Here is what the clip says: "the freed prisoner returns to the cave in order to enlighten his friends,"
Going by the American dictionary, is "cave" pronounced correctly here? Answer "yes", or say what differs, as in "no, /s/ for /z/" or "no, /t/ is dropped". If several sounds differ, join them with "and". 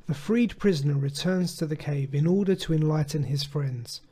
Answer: yes